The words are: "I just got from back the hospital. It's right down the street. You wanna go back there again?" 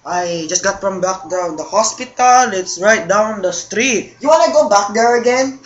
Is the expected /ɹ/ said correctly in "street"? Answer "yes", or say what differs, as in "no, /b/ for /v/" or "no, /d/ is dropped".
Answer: yes